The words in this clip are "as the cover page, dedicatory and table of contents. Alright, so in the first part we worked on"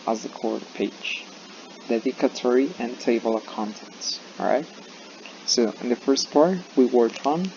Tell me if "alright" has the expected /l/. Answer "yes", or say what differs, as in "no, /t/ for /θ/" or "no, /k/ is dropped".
no, /l/ is dropped